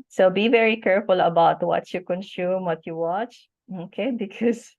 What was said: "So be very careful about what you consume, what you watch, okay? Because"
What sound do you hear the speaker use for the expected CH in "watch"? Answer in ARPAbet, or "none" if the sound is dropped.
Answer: CH